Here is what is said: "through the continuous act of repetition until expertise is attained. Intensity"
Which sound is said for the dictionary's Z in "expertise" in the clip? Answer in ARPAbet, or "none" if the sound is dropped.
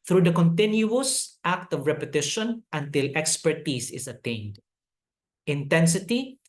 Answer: S